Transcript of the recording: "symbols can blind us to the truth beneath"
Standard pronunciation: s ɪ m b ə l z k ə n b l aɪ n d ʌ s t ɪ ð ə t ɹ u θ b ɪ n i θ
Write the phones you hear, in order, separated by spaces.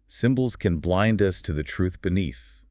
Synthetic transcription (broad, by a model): s ɪ m b l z k ə n b l aɪ n d ʌ s t ɪ ð ə t ɹ u θ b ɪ n i θ